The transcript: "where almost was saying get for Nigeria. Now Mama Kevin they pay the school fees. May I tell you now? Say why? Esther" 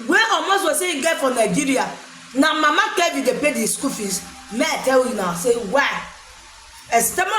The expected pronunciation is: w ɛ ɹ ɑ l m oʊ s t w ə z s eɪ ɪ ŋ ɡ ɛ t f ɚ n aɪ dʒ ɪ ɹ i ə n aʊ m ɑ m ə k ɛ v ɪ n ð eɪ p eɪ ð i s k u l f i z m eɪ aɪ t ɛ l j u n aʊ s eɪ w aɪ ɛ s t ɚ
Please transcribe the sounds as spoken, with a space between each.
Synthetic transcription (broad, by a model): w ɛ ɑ m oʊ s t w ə s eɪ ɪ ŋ ɡ ɛ t f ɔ n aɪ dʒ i ɹ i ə n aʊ m ɑ m ə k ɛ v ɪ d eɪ p eɪ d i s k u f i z m eɪ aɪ t ɛ l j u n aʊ s eɪ w aɪ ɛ s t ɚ